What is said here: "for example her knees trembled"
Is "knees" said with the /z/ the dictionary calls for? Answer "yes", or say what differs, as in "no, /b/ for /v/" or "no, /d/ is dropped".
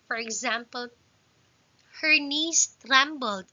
no, /s/ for /z/